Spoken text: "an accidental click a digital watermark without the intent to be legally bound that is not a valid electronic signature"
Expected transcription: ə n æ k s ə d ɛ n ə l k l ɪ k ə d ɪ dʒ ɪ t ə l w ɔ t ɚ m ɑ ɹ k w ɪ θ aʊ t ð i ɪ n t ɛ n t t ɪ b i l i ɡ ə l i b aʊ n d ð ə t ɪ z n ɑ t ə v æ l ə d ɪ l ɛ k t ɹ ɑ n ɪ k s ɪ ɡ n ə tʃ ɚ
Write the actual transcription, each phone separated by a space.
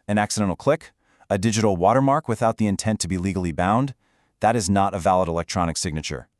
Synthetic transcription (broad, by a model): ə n æ k s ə d ɛ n l k l ɪ k ə d ɪ dʒ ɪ t l w ɔ t ɚ m ɑ ɹ k w ɪ θ aʊ t ð i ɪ n t ɛ n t t ɪ b i l i ɡ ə l i b aʊ n d ð ə t ɪ z n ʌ t ə v æ l ə d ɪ l ɛ k t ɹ ɑ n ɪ k s ɪ ɡ n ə tʃ ɚ